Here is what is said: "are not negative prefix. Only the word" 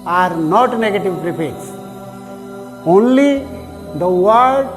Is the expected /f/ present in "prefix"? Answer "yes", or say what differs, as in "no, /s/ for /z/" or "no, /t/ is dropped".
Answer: no, /p/ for /f/